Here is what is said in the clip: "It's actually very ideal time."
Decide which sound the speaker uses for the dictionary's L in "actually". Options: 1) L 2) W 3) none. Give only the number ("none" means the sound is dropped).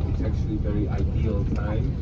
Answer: 1